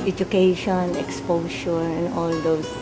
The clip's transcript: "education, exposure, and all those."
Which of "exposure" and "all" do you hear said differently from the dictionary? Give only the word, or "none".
exposure